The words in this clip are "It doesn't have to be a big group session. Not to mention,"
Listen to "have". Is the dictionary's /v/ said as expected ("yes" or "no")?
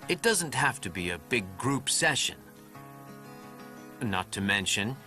no